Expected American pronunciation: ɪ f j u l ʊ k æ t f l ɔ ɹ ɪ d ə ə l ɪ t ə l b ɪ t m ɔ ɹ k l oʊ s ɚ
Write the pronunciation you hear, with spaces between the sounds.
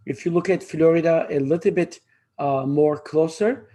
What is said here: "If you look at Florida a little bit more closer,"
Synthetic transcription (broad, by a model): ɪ f j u l ʊ k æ t f l ɔ ɹ ɪ d ə ə l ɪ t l b ɪ t m ɔ ɹ k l oʊ s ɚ